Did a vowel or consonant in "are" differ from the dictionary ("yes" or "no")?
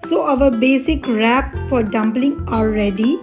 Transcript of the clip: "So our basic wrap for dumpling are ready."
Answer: yes